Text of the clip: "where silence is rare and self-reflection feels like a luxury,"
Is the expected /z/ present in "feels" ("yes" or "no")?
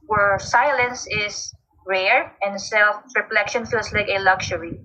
no